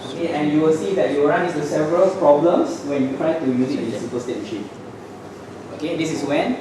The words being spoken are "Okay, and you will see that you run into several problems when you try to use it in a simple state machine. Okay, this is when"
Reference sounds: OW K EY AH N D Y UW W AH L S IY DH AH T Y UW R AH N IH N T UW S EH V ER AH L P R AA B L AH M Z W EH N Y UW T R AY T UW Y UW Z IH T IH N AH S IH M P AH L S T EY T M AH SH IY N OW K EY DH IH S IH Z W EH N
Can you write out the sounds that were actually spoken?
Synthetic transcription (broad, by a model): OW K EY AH N Y UW W AH L S IY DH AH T Y UW R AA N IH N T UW S EH V ER AH L P R AA B L AH M S W EH N Y UW T R AY T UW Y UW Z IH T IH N AH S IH P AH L S T EY T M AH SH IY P OW K EY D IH S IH S W EH N